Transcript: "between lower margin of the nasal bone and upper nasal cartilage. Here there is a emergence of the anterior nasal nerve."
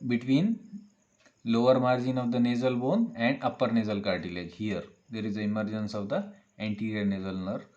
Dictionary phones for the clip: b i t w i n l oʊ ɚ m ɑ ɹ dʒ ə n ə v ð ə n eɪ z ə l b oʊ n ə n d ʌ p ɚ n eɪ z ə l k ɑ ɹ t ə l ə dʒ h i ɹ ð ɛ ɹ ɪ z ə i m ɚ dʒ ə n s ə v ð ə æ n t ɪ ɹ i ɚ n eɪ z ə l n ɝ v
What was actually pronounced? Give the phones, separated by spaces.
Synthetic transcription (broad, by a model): b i t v i n l oʊ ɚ m ɑ ɹ dʒ ə n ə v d ə n eɪ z ə l b oʊ n ə n d ʌ p ɚ n eɪ z ə l k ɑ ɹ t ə l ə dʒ h i ɹ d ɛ ɹ ɪ z ə i m ɚ dʒ ə n s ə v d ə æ n t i ɹ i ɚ n eɪ z ə l n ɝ